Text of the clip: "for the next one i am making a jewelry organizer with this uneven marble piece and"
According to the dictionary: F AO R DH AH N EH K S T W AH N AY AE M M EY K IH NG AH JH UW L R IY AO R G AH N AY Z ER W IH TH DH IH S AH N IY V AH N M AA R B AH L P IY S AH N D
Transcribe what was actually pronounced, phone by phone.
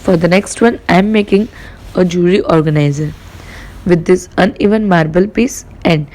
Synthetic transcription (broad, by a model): F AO R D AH N EH K S T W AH N AY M M EY K IH NG AH JH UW R IY AO R G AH N AY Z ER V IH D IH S AH N IY V AH N M AA R B AH L P IY S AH N D